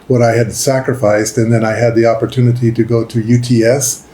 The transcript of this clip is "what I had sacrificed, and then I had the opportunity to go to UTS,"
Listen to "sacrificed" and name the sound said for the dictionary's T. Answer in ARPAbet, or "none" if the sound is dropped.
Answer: T